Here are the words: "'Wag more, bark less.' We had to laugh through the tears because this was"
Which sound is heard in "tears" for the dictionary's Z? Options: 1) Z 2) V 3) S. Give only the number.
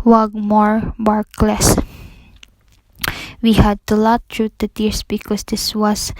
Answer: 3